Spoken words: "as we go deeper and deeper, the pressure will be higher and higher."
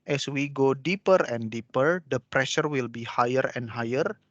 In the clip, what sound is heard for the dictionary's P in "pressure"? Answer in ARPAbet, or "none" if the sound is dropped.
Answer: P